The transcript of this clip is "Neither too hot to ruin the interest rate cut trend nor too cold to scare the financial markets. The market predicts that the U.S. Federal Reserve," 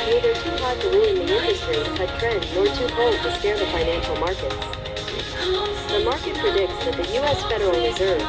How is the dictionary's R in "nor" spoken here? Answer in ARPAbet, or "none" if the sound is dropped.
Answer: R